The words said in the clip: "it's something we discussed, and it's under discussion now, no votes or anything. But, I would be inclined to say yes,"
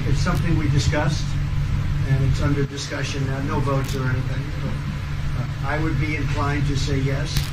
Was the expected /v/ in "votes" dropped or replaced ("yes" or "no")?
no